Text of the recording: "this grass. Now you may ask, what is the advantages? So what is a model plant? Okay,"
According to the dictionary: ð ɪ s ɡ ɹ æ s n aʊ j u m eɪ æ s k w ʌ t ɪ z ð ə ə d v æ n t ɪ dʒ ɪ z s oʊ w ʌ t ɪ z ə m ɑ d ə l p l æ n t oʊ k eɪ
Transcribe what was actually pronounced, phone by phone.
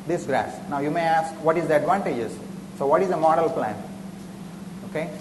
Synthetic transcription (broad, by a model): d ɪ s ɡ ɹ æ s n aʊ j u m eɪ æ s k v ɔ t ɪ z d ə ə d v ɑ n t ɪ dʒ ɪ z s oʊ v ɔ t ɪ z ə m ɑ d ə l p l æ n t oʊ k eɪ